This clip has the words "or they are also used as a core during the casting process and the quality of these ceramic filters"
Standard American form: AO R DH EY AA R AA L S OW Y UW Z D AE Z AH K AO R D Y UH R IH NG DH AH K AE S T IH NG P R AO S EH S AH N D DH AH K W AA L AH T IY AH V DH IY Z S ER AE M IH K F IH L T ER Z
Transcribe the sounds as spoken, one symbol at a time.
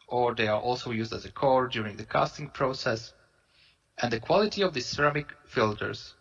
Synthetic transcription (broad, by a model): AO R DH EY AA R AA L S OW Y UW Z D AE Z AH K AO R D Y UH R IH NG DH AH K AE S T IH NG P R AO S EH S AH N D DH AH K W AA L AH T IY AH V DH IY S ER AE M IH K F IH L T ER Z